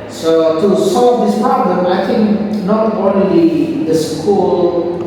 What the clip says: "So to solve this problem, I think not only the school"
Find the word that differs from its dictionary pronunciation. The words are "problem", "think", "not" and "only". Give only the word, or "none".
think